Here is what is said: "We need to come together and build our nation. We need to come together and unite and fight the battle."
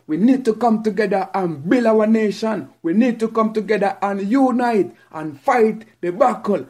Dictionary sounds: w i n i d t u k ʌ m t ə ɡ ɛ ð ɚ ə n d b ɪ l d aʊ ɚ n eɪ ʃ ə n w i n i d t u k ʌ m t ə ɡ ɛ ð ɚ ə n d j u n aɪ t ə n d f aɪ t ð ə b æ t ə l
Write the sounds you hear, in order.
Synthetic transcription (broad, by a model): w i n i d t u k ʌ m t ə ɡ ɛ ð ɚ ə n b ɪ l aʊ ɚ n eɪ ʃ ə n w i n i d t u k ʌ m t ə ɡ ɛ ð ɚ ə n j u n aɪ t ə n f aɪ t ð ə b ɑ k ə l